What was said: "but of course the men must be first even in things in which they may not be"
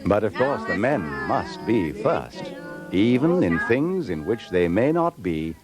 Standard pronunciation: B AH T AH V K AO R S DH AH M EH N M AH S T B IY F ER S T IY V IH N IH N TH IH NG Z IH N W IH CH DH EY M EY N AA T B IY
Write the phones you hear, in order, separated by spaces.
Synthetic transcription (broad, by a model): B AH T AH V K AO R S DH AH M EH N M AH S T B IY F ER S T IY V IH N IH N TH IH NG Z IH N W IH CH DH EY M EY N AA T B IY